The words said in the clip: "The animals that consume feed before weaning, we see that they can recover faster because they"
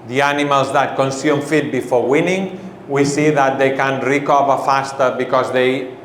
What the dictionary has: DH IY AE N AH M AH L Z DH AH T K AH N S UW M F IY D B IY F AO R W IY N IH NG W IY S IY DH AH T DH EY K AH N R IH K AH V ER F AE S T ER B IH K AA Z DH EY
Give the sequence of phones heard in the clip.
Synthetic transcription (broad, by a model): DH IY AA N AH M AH L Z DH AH T K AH N S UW M F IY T B IY F AO R W IY N IH NG W IY S IY DH AH T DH EY K AH N R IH K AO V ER F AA S T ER B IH K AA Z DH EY